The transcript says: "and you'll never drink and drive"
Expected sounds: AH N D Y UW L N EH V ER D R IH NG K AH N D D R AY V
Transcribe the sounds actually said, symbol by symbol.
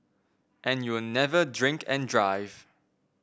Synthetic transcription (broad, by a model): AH N Y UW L N EH V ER D R IH NG K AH N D D R AY V